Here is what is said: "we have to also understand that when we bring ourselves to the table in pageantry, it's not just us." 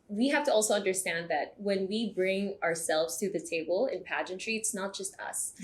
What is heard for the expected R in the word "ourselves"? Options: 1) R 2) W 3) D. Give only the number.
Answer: 1